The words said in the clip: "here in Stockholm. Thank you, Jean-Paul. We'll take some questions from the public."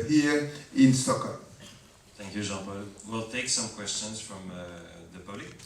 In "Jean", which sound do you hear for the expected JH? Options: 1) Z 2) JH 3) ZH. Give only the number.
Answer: 3